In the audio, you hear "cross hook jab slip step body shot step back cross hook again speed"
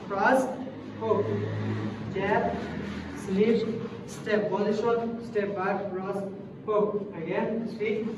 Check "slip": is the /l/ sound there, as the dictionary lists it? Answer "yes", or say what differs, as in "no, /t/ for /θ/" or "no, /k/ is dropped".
no, /n/ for /l/